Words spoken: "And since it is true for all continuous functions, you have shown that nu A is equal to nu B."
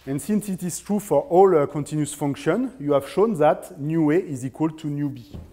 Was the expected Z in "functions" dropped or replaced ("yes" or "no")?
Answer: yes